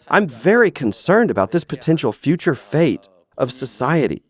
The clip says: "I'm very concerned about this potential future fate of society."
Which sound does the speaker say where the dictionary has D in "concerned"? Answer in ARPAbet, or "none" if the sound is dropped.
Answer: D